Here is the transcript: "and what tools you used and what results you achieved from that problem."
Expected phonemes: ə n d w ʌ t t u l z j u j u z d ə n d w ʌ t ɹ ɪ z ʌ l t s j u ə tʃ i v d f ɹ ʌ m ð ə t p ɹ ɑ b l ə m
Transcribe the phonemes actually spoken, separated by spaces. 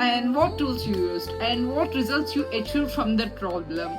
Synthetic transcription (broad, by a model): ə n d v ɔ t t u l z j u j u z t ə n d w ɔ t ɹ ɪ z ʌ l t s j u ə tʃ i d f ɹ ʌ m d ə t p ɹ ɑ b l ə m